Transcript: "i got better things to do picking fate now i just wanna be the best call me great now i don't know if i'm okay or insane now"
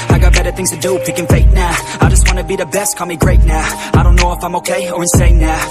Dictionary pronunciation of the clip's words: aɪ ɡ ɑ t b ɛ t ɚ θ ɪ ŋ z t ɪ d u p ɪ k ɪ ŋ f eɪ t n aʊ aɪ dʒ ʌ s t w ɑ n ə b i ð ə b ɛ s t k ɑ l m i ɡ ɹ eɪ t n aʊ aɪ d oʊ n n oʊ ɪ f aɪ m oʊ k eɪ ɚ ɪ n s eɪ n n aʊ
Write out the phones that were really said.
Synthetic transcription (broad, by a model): aɪ ɡ ɑ t b ɛ t ɚ θ ɪ ŋ z t ɪ d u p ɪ k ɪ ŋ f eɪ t n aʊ aɪ dʒ ʌ s t w ɑ n ə b i ð ə b ɛ s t k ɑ m i ɡ ɹ eɪ t n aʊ aɪ d oʊ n n oʊ ɪ f aɪ m oʊ k eɪ ɚ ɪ n s eɪ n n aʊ